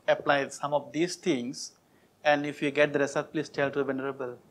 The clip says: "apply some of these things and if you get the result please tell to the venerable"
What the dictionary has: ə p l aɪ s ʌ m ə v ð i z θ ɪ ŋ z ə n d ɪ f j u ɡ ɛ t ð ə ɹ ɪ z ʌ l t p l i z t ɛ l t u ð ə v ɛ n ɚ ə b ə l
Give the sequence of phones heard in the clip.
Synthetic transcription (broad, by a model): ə p l aɪ s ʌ m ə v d i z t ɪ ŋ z ə n d ɪ f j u ɡ ɛ t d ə ɹ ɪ s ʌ t p l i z t ɛ l t u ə v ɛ n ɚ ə b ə l